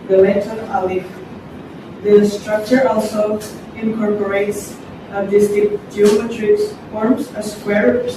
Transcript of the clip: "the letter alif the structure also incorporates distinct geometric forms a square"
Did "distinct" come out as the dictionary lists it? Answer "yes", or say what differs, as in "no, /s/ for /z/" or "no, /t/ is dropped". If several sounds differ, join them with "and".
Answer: no, /ŋ/ is dropped